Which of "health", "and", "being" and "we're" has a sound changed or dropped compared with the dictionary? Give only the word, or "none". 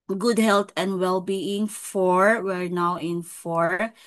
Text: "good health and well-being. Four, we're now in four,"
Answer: health